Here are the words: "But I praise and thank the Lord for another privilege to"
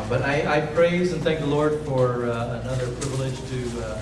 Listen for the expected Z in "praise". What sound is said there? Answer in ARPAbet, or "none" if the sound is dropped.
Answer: Z